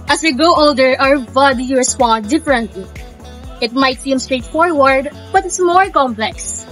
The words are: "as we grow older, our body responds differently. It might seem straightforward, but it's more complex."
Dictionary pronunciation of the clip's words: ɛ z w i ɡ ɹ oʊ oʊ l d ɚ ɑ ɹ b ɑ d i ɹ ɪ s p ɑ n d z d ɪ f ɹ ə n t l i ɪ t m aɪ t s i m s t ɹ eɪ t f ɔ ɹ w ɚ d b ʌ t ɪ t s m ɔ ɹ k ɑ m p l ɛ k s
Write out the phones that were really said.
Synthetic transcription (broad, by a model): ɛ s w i ɡ oʊ oʊ l d ɚ ɑ ɹ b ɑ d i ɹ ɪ s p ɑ n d d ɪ f ɹ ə n t l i ɪ t m aɪ t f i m s t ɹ eɪ t f ɔ ɹ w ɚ d b ʌ t ɪ t s m ɔ ɹ k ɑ m p l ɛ k s